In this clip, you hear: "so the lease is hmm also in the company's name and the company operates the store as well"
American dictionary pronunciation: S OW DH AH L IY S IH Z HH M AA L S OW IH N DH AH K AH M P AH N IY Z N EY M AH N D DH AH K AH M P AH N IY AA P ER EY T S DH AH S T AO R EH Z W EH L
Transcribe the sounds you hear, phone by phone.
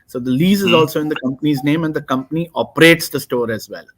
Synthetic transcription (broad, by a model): S OW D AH L IY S IH Z AA L S OW IH N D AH K AH M P AH N IY Z N EY M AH N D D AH K AH M P AH N IY AA P ER EY T S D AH S T AO R EH Z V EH L